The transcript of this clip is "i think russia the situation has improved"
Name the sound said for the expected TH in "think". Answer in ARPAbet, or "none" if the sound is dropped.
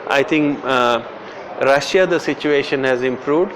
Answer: T